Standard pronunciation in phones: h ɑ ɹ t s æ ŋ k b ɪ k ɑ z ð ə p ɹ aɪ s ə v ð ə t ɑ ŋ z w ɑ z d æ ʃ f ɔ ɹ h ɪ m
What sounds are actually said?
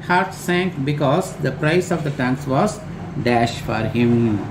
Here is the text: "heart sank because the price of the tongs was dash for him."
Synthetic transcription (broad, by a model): h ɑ ɹ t s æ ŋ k b ɪ k ɑ z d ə p ɹ aɪ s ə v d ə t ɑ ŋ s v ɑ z d æ ʃ f ɔ ɹ h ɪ m